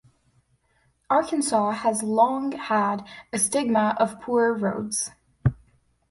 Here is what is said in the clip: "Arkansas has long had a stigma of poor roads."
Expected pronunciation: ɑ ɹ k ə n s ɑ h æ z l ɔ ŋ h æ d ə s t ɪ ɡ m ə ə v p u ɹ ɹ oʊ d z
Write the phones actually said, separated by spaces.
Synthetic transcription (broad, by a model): ɑ ɹ k ə n s ɑ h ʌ z l ɔ ŋ h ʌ d ə s t ɪ ɡ m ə ə v p u ɹ ɹ oʊ d z